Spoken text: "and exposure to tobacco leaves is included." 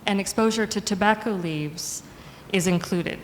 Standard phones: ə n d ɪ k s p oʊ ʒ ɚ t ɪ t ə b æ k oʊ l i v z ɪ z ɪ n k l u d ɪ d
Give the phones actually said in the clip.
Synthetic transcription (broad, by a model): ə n ɪ k s p oʊ ʒ ɚ t ɪ t ə b æ k oʊ l i v z ɪ z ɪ n k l u d ɪ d